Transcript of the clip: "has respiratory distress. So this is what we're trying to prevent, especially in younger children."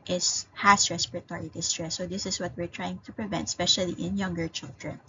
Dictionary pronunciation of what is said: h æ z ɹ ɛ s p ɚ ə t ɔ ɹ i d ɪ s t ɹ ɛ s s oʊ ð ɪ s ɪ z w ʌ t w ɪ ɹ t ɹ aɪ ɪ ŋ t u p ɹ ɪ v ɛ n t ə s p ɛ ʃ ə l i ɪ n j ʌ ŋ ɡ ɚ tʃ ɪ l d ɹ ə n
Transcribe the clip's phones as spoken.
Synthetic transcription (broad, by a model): h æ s ɹ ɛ s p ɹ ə t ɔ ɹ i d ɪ s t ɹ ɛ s s oʊ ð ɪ s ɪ s w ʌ t w ɪ ɹ t ɹ aɪ ɪ ŋ t u p ɹ ɪ v ɛ n t s p ɛ ʃ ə l i ɪ n j ʌ ŋ ɡ ɚ tʃ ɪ l d ɹ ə n